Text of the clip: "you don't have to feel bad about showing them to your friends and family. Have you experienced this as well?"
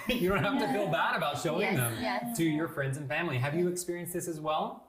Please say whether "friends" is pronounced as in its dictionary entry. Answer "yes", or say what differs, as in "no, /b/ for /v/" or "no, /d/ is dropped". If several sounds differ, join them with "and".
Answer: yes